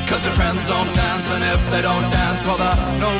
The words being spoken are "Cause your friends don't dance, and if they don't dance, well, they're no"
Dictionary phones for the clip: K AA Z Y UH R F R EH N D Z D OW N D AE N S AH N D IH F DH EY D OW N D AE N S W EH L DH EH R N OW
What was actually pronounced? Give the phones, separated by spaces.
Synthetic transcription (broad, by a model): K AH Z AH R F R EH N D Z D OW N D AE N S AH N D IH F DH EY D OW N D AE N S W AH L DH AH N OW